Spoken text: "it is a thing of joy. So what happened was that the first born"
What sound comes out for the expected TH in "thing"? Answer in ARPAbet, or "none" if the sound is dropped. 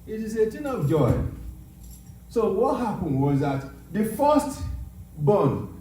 T